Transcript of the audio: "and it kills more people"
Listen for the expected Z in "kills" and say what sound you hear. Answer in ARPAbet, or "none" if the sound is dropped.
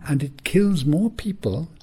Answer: Z